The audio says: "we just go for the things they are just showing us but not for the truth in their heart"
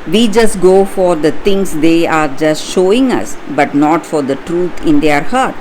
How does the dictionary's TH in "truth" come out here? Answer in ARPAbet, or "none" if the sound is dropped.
T